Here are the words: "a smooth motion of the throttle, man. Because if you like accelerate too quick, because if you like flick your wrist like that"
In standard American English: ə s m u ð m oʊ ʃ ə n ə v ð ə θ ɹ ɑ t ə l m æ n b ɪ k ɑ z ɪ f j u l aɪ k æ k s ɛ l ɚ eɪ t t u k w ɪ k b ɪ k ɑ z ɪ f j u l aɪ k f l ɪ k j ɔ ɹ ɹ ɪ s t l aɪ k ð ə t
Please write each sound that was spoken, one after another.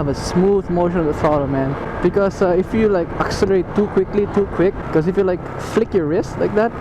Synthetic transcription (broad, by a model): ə s m u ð m oʊ ʃ ə n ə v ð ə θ ɑ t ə m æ n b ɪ k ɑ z ɪ f j u l aɪ k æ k s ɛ l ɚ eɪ t t u k w ɪ k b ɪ k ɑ s ɪ f j u l aɪ k f l ɪ k j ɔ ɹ ɹ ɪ s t l aɪ k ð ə t